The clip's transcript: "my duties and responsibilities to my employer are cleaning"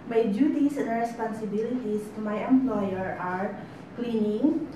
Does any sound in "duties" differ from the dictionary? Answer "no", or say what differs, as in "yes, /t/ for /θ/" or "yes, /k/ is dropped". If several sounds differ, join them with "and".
yes, /s/ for /z/